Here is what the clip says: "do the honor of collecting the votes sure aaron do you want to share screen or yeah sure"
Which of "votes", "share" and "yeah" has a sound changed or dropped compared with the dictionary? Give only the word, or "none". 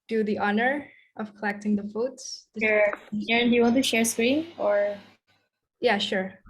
votes